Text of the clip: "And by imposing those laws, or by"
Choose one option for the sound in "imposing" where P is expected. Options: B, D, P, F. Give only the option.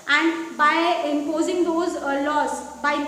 P